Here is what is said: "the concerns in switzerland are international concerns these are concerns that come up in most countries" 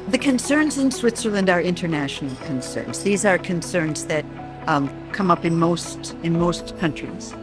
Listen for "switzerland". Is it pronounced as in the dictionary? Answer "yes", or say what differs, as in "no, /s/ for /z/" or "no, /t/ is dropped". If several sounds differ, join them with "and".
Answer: yes